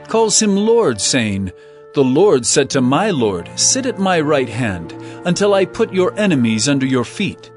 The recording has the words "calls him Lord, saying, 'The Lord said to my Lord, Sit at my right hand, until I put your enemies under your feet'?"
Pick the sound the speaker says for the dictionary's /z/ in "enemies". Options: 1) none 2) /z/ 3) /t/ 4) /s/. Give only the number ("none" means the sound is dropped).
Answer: 2